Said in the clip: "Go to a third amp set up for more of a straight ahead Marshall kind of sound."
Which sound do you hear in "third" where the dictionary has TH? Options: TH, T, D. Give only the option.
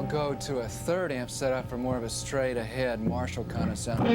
TH